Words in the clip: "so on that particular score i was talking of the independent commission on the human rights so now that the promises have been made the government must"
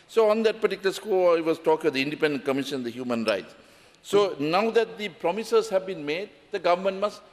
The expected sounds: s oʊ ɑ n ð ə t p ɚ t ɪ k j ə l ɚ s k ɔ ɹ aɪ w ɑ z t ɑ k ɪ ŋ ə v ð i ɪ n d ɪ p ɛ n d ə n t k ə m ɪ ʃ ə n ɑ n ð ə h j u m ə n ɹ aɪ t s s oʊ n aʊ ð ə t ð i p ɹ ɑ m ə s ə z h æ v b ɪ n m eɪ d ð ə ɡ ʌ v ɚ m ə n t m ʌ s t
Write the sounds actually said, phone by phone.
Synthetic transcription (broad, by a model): s oʊ ɑ n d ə t p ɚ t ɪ k j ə l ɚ s k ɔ l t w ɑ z t ɑ k ɪ ŋ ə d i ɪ n d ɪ p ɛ n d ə n k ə m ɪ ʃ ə n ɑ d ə h j u m ə n ɹ aɪ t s s oʊ n aʊ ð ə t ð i p ɹ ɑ m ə s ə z h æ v b ɪ n m eɪ d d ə ɡ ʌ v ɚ m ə n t m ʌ s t